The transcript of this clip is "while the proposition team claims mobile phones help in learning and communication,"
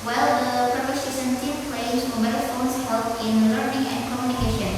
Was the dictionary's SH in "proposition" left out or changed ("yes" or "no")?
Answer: yes